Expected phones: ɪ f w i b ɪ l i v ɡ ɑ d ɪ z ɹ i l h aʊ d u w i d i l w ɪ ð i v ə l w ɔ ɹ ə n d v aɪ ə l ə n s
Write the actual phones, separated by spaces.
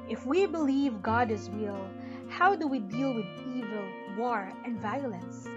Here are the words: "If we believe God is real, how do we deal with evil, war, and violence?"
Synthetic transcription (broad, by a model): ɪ f w i b ɪ l i v ɡ ɑ d ɪ z w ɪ l h aʊ d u w i d i l w ɪ ð i v ə l w ɔ ɹ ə n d v aɪ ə l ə n s